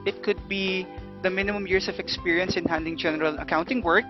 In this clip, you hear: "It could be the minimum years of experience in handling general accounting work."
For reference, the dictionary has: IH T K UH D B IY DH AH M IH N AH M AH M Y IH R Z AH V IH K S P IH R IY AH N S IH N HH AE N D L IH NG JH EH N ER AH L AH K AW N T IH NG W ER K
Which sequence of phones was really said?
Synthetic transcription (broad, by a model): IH T K UH D B IY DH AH M IH N AH M AH M Y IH R S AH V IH K S P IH R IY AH N S IH N HH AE N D IH NG JH EH N ER AH L AH K AW N T IH NG W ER K